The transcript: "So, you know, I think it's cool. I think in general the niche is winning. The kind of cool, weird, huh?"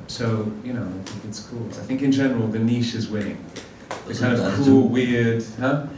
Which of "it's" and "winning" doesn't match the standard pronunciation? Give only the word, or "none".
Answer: winning